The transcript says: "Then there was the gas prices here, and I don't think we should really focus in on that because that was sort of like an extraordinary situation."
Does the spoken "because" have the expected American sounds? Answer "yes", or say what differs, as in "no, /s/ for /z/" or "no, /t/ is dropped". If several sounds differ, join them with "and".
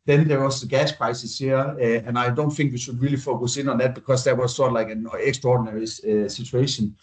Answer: no, /s/ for /z/